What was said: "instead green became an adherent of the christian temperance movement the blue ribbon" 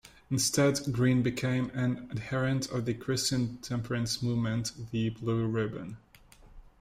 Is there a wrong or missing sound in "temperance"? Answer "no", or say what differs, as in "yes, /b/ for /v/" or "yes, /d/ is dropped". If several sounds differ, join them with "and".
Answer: no